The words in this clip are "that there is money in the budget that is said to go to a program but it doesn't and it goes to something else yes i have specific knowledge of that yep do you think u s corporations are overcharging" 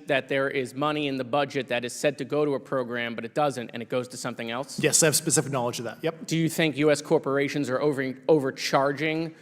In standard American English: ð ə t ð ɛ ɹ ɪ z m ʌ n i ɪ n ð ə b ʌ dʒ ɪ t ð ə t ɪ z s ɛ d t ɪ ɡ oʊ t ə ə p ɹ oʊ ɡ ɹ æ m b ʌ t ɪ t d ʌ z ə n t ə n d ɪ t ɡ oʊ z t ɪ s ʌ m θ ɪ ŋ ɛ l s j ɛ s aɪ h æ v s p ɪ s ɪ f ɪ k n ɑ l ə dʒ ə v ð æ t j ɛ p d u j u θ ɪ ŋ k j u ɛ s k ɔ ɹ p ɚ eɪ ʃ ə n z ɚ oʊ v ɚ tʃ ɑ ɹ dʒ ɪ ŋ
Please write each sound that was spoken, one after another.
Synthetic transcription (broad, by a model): ð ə t ð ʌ ɹ ɪ z m ʌ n i ɪ n ð ə b ʌ dʒ ɪ t ð ə t ɪ z s ɛ d t ɪ ɡ oʊ t ə ə p ɹ oʊ ɡ ɹ æ m b ʌ t ɪ t d ʌ z ə n t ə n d ɪ t ɡ oʊ z t ɪ s ʌ m θ ɪ ŋ ɛ l s j ɛ s aɪ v s p ɪ s ɪ f ɪ k n ɑ l ə dʒ ə v ð æ t j ɛ p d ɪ j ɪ θ ɪ ŋ k j u ɛ s k ɔ ɹ p ɚ eɪ ʃ ə n z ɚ oʊ v ɚ tʃ ɑ ɹ dʒ ɪ ŋ